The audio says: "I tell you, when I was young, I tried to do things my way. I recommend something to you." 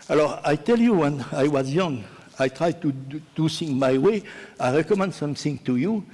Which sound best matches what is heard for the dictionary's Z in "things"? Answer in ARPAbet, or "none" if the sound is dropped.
none